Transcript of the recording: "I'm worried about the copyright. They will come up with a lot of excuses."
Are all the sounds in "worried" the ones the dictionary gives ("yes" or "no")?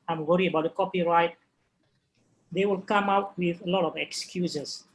no